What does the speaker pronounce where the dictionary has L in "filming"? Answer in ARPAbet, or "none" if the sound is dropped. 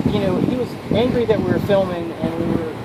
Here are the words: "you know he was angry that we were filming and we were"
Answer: L